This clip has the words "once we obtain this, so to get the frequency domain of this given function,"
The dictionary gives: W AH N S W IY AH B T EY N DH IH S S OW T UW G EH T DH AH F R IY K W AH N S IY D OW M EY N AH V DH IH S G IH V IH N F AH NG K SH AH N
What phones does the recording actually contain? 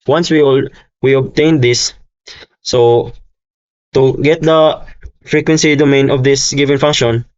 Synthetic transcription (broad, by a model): W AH N S W IY AH B T EY N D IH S S OW T UW G EH T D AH F R IY K W AH N S IY D OW M EY N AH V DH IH S G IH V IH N F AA NG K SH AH N